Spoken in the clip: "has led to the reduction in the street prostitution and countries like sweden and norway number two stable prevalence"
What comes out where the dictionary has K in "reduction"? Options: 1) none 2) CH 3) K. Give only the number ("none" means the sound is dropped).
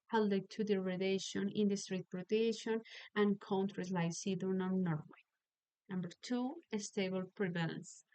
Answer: 1